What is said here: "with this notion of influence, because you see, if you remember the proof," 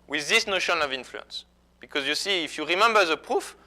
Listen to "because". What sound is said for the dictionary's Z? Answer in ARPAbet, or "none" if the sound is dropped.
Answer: Z